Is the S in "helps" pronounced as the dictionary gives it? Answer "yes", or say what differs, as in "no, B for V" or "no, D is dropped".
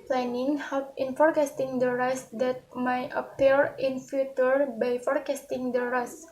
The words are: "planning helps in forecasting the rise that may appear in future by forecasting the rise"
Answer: no, S is dropped